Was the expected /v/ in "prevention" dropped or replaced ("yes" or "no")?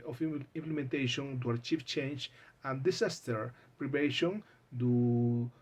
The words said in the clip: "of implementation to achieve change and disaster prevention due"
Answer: yes